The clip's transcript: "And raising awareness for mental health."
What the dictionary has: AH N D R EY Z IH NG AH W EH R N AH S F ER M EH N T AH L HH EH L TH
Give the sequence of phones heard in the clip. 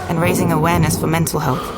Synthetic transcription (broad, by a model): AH N R EY Z IH NG AH W EH R N AH S F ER M EH N T AH L HH EH L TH